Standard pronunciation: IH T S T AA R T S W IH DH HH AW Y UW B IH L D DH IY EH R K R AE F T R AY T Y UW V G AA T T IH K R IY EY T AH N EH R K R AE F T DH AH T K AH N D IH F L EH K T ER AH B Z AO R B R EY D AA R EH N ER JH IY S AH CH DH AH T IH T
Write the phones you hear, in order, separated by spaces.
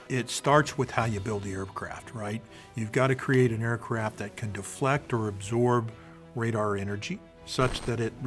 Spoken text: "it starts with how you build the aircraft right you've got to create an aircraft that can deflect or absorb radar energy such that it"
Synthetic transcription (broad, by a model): IH T S T AA R T S W IH DH HH AW Y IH B IH L D DH IY EH R K R AE F T R AY T Y UW V G AA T T IH K R IY EY T AH N EH R K R AE F T DH AH T K AH N D IH F L EH K T ER AH B Z AO R B R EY D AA R EH N ER JH IY S AH CH DH AH T IH T